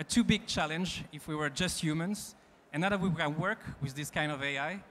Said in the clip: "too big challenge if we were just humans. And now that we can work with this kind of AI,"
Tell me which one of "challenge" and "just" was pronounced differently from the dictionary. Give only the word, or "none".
none